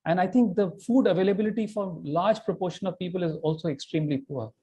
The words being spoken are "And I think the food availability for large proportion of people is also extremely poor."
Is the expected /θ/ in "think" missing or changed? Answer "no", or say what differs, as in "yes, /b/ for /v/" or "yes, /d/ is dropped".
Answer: yes, /t/ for /θ/